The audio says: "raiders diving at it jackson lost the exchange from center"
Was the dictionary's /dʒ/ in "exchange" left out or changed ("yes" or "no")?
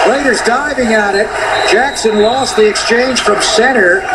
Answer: yes